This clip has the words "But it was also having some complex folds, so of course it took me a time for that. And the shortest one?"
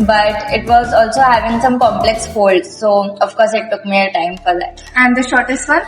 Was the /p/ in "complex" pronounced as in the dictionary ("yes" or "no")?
yes